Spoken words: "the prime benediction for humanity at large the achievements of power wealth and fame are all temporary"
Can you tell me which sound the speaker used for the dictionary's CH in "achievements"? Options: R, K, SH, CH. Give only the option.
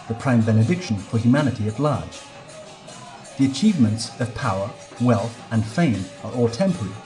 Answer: CH